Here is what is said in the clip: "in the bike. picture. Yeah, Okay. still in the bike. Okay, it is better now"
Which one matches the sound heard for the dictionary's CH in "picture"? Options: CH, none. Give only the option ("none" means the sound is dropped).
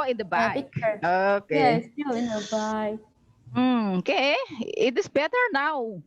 none